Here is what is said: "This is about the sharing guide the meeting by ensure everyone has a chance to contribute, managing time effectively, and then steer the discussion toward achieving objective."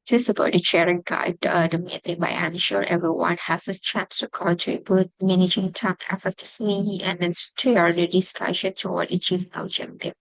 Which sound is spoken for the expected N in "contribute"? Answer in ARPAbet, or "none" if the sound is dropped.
none